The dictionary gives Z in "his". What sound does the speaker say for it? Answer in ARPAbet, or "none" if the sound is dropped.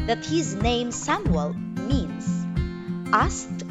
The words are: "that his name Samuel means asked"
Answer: Z